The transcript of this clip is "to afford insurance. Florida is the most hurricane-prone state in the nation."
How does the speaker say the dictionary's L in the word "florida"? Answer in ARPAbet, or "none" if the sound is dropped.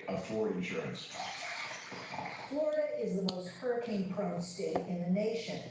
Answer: L